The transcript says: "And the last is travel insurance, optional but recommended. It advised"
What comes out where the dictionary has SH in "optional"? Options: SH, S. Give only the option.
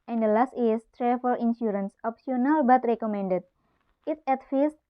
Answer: S